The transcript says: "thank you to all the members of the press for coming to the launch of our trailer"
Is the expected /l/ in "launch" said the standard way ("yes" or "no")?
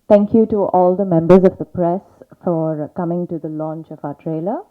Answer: yes